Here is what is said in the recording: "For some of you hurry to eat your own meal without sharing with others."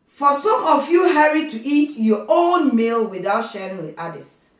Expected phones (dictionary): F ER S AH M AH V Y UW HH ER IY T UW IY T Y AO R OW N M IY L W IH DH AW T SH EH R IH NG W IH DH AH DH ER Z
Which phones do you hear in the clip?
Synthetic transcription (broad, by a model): F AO S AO M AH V Y UW HH ER IY T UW IY T Y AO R OW N M IY L W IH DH AW T SH EH R IH NG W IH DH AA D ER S